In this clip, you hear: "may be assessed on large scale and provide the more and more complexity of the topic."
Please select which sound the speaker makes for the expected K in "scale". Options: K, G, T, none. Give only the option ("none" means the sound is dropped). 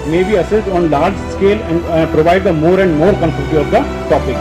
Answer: K